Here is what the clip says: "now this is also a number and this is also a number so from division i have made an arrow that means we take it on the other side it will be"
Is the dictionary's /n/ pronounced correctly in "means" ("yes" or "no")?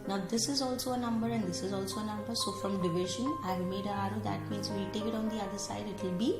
no